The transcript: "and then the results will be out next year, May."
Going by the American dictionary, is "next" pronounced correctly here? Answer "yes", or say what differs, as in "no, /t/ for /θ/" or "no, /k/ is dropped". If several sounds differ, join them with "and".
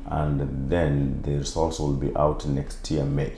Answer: yes